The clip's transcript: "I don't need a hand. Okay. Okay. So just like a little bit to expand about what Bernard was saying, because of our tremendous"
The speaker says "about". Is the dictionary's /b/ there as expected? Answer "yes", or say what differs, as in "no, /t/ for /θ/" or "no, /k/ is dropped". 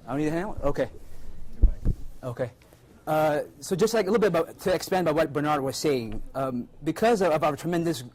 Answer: no, /b/ is dropped